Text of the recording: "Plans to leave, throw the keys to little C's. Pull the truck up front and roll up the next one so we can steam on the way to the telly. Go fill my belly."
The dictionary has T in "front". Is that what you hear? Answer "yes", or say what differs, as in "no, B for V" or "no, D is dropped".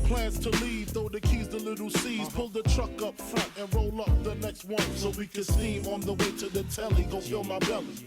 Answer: yes